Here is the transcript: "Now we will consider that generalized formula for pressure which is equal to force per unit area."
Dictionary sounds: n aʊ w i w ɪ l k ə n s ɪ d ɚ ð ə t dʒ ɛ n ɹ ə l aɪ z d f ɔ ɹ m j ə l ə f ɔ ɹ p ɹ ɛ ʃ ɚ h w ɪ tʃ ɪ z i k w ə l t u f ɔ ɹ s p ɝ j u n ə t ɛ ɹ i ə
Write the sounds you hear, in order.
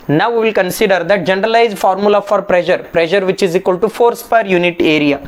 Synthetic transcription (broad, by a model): n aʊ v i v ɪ l k ə n s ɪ d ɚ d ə t dʒ ɛ n ɹ ə l aɪ z d f ɔ ɹ m j ə l ə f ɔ ɹ p ɹ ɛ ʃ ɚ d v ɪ tʃ ɪ z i k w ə l t u f ɔ ɹ s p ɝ j u n ə t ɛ ɹ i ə